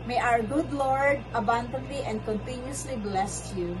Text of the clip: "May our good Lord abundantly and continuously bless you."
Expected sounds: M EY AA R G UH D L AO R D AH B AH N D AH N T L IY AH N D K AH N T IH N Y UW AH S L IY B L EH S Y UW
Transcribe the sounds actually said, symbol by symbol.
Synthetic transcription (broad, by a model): M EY AA R G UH D L AO R D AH B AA N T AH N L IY AH N D K AH N T IH N Y UW AH S L IY B L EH S Y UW